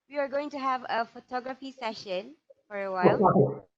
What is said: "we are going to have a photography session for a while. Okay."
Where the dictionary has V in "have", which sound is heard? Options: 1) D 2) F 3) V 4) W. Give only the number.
3